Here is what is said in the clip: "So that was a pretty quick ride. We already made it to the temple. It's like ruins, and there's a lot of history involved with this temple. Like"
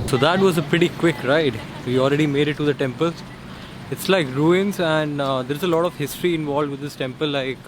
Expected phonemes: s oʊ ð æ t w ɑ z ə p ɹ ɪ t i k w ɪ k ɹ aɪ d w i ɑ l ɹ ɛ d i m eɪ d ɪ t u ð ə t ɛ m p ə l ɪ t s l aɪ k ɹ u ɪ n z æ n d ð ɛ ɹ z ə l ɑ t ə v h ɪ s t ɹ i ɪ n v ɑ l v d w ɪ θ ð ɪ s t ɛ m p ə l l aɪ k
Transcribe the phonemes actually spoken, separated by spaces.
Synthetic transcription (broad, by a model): s oʊ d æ t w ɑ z ə p ɹ ɪ t i k w ɪ k ɹ aɪ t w i ɑ l ɹ ɛ d i m eɪ d ɪ t u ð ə t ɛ m p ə l ɪ t s l aɪ k ɹ u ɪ n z æ n d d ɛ ɹ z ə l ɑ t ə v h ɪ s t ɹ i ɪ n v ɑ l d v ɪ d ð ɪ s t ɛ m p ə l l aɪ k